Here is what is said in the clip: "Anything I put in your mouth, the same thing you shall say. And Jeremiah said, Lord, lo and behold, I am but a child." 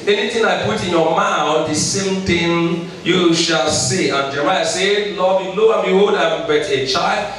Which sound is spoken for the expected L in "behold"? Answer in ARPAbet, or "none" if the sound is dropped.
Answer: none